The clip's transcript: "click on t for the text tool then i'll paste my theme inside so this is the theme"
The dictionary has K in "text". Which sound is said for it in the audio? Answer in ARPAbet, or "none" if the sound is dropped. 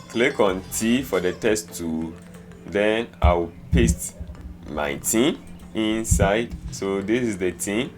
none